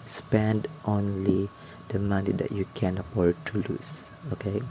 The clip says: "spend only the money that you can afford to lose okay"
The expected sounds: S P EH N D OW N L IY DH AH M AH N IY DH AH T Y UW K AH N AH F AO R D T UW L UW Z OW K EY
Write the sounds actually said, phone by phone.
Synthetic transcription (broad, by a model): S P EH N D OW N L IY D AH M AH N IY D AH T Y UW K AH N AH P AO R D T UW L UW S OW K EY